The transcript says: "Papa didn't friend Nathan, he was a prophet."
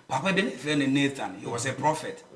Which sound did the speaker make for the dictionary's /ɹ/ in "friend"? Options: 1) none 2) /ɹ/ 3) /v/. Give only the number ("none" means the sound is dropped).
1